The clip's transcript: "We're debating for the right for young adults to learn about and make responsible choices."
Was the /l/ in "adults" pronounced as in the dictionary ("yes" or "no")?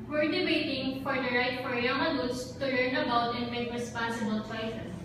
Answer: no